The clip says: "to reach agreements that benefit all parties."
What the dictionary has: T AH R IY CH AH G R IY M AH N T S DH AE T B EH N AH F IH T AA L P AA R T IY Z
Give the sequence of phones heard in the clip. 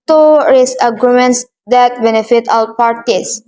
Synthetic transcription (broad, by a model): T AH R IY S AH G R IY M AH N T S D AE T B EH N AH F IH T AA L P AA R T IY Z